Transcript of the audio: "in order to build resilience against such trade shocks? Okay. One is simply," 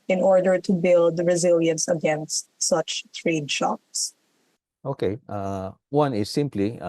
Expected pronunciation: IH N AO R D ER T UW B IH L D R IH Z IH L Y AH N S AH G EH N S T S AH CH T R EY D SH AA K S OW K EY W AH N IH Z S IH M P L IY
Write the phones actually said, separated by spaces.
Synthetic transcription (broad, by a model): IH N AO R D ER T UW B IH L D R IH Z IH L Y AH N S AH G EH N S T S AH CH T R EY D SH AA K S OW K EY W AH N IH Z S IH M P L IY